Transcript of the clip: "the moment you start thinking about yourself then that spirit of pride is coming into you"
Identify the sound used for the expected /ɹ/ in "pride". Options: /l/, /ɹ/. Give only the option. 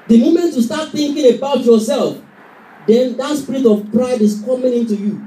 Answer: /ɹ/